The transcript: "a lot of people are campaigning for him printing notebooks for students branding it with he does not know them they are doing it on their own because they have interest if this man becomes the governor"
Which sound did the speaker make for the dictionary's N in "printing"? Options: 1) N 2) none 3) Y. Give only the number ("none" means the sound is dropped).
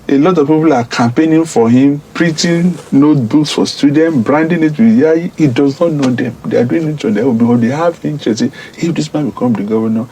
2